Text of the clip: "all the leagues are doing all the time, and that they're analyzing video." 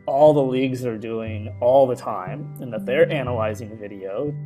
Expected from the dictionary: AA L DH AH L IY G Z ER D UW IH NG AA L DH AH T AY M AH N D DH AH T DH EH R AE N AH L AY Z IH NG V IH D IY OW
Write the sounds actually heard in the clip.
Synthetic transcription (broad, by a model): AA L DH AH L IY G Z ER D UW IH NG AA L DH AH T AY M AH N DH AH T DH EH R AE N AH L AY Z IH NG V IH D IY OW